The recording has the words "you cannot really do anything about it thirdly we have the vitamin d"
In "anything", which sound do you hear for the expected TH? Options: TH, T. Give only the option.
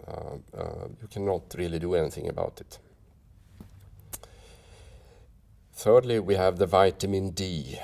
TH